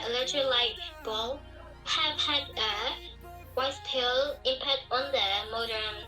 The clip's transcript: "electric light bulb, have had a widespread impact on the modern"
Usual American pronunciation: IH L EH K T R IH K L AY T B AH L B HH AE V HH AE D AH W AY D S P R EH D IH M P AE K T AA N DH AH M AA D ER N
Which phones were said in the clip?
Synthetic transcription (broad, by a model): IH L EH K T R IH L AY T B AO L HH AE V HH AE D AH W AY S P EH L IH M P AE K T AA N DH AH M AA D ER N